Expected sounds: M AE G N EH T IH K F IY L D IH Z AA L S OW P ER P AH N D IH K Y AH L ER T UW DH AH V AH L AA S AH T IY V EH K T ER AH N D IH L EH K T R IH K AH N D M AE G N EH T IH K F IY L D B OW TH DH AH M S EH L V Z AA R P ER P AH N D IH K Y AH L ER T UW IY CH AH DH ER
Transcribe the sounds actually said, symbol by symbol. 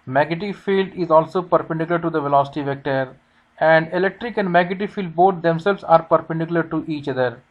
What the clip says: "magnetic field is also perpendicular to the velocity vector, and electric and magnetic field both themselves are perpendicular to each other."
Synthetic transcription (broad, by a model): M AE G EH T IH F IY L D IH Z AA L S OW P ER P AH N D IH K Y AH L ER T UW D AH V AH L AA S AH T IY V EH K T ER AH N D IH L EH K T R IH K AH N D M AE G EH T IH F IY L D B OW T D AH M S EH L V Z AA R P ER P AH N D IH K Y AH L ER T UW IY CH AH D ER